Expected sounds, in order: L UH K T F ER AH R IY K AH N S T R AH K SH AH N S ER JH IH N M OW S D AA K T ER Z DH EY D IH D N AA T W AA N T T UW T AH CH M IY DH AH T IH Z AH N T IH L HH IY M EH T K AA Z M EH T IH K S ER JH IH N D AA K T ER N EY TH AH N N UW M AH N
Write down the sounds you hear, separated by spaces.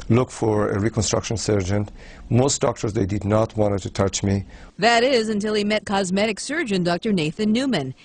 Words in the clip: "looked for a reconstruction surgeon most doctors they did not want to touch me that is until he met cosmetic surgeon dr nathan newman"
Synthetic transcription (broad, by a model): L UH K F ER AH R IY K AH N S T R AH K SH AH N S ER JH IH N M OW S D AA K T ER Z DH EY D IH D N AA T W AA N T T UW T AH CH M IY DH AH T IH Z AH N T IH L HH IY M EH T K AA Z M EH T IH K S ER JH IH N D AA K T ER N EY TH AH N N UW M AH N